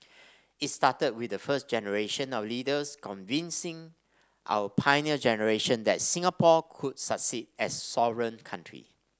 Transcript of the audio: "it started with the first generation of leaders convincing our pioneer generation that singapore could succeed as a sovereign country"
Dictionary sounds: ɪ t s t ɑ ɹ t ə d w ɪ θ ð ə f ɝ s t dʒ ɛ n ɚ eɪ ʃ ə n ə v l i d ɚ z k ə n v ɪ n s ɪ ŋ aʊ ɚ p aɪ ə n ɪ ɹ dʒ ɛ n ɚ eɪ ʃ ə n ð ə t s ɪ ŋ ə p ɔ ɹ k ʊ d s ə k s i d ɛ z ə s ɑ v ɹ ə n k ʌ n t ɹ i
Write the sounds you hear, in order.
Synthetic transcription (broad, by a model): ɪ t s t ɑ t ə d w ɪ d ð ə f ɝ s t dʒ ɛ n ɚ eɪ ʃ ə n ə w l i d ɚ s k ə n v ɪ n s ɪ ŋ aʊ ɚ p aɪ n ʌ dʒ ɛ n ɚ eɪ ʃ ə n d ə t s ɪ ŋ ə p ɔ k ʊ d s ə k s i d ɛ s ɑ v ɹ ə n k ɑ n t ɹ i